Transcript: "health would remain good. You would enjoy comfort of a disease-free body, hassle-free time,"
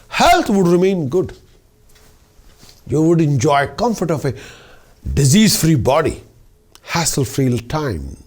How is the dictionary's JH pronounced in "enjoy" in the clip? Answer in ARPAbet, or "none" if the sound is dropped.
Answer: JH